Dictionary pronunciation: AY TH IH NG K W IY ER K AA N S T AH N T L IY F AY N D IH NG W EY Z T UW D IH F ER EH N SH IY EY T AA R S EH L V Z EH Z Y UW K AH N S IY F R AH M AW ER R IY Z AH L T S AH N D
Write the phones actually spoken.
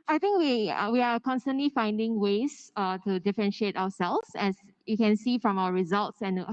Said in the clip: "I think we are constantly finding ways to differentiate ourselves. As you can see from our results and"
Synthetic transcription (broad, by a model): AY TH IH NG K W IY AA K AA N S T AH N T L IY F AY N D IH NG W EY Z T UW D IH F ER EH N SH IY EY T AA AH S EH L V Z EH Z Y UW K AH N S IY F R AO M AW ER R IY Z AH L T S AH N